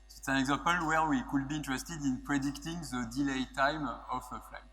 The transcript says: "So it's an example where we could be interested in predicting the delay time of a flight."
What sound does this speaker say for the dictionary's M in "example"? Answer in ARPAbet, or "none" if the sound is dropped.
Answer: none